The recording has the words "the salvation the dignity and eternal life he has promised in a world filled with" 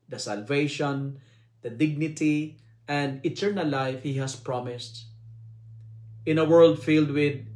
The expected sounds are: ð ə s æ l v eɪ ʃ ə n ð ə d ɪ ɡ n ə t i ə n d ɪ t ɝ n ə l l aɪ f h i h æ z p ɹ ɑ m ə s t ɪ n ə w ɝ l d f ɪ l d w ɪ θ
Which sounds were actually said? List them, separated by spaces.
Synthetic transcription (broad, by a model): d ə s æ l v eɪ ʃ ə n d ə d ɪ ɡ n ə t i ə n d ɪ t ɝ n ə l l aɪ f h i h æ s p ɹ ɑ m ə s t ɪ n ə w ɝ l d f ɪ l d w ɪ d